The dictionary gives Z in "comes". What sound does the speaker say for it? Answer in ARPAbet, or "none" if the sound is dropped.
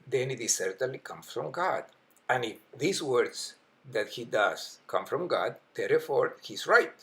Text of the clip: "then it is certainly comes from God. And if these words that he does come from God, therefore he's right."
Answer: none